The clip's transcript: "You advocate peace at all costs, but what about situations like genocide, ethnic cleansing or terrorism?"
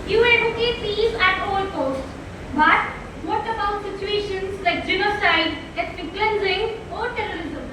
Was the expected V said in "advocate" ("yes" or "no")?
no